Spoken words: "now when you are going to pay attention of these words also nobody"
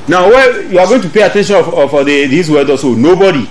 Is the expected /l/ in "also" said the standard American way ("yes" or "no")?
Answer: no